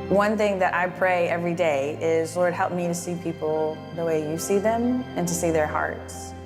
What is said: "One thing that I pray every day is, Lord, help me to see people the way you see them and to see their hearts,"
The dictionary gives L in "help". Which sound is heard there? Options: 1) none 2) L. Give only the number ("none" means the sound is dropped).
2